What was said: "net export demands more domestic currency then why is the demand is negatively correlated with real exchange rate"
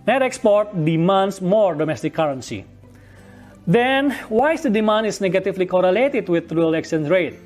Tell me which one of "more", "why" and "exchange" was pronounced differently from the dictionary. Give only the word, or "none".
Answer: exchange